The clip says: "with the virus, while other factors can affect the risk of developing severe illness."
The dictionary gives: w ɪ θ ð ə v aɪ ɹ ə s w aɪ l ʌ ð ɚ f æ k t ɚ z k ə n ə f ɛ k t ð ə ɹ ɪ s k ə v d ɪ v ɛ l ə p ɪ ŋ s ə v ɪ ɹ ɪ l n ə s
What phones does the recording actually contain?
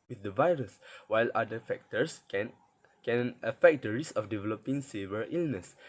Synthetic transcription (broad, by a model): w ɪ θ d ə v aɪ ɹ ə s w aɪ l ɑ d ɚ f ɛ k t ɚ s k ə n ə f ɛ k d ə ɹ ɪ s ə f d ɪ v ɛ l ə p ɪ ŋ s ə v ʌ ɹ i l n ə s